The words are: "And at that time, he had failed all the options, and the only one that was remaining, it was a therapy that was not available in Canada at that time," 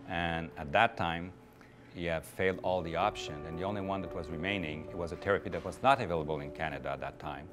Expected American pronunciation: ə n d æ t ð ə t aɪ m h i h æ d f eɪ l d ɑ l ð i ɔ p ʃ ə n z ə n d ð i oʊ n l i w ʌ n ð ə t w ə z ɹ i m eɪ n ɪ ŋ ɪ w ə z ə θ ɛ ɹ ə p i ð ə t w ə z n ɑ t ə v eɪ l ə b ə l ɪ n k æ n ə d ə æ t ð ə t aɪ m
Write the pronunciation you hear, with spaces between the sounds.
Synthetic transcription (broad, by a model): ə n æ t ð ə t aɪ m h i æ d f eɪ l d ɑ l ð i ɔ p ʃ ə n ə n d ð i oʊ n l i w ʌ n ð ə t w ə z ɹ i m eɪ n ɪ ŋ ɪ w ə z ə t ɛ ɹ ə p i ð ə t w ə z n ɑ t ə v eɪ l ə b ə l ɪ n k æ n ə d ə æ t ð ə t aɪ m